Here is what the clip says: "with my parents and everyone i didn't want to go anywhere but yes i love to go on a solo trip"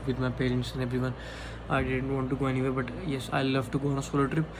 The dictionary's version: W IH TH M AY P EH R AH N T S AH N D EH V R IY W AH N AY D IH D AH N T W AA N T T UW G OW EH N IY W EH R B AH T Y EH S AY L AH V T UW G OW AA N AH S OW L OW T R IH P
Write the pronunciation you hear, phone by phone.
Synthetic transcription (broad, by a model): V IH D M AY P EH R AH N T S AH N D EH B R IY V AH N AY D IH D AH N T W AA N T T UW G OW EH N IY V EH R B AH T Y EH S AY L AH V T UW G OW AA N AH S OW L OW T R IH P